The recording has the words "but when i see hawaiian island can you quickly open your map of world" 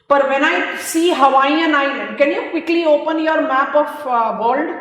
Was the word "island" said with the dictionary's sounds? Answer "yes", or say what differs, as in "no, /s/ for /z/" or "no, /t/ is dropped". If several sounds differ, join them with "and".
no, /l/ is dropped